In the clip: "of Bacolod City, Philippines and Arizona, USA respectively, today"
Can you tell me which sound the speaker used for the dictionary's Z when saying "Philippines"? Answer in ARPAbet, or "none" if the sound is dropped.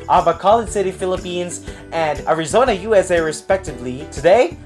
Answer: Z